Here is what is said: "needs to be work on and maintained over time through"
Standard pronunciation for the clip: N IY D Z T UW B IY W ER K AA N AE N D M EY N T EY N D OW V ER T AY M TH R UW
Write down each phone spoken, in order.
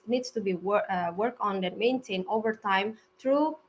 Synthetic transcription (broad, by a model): N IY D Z T UW B IY W ER K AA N N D M EY N T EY N OW V ER T AY M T R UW